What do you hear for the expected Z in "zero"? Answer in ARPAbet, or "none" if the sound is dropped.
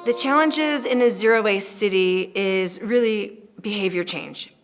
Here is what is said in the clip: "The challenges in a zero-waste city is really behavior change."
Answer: Z